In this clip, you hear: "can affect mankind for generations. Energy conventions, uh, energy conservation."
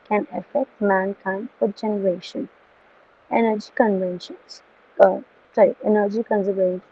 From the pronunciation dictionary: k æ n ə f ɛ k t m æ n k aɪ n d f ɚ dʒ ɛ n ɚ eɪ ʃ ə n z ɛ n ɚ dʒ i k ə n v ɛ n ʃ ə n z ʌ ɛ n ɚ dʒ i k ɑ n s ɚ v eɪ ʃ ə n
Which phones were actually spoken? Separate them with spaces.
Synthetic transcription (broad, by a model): k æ n ə f ɛ k t m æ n k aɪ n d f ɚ dʒ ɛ n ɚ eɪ ʃ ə n ɛ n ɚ dʒ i k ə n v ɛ n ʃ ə n s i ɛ n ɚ dʒ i k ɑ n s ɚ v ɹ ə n